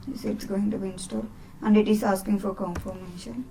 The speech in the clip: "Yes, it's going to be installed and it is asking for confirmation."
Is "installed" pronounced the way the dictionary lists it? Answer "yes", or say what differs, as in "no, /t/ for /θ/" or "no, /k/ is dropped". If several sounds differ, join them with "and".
no, /l/ is dropped